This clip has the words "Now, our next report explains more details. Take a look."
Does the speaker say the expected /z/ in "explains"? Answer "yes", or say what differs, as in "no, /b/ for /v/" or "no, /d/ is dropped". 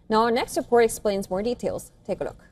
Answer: yes